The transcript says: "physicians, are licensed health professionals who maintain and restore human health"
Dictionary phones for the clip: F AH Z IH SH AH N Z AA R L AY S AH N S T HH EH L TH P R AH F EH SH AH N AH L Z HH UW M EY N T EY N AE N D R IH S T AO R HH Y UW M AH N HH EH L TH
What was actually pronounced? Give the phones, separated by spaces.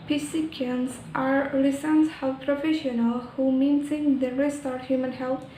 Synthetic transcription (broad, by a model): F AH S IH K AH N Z AA R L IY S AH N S HH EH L P R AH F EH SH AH N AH L HH UW M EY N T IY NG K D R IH S T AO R HH Y UW M AH N HH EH L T